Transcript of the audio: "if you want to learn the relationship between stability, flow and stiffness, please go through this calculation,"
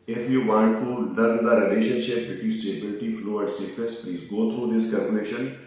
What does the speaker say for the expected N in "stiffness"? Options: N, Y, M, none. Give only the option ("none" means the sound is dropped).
none